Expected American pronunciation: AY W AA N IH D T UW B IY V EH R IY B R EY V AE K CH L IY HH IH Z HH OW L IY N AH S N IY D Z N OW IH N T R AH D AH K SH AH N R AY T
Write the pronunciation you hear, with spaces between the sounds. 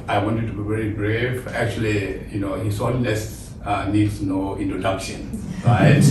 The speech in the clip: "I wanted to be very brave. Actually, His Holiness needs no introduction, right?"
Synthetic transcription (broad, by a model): AY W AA N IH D T UW B IY V EH R IY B R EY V AE K CH L IY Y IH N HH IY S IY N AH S N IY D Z N OW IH N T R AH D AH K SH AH N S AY